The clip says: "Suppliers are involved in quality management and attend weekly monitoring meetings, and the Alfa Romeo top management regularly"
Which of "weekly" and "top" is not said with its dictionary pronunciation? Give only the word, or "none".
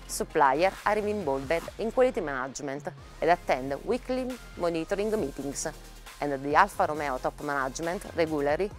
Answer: none